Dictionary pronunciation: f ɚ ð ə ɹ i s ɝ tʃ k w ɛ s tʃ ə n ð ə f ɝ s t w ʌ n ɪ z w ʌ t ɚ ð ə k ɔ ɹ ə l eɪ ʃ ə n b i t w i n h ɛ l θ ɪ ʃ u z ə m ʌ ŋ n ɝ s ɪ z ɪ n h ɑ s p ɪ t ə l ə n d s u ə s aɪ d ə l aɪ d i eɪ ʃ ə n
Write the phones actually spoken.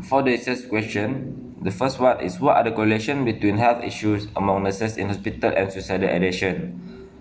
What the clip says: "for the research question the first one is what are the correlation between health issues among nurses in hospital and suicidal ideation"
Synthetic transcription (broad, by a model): f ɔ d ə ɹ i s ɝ s k w ɛ s tʃ ə n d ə f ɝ s t w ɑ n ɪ s w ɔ t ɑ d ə k ɔ ɹ ə l eɪ ʃ ə n b i t w i n h ɛ l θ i ʃ u s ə m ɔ ŋ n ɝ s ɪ s ɪ n h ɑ s p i t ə l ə n s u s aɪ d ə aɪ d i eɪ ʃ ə n